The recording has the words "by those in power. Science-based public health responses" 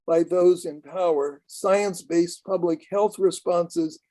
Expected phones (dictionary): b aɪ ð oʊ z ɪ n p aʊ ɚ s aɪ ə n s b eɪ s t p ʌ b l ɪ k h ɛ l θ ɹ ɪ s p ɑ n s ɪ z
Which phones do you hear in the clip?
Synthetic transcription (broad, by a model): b aɪ ð oʊ z ɪ n p aʊ ɚ s aɪ ə n s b eɪ s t p ʌ b l ɪ k h ɛ l θ ɹ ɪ s p ɑ n s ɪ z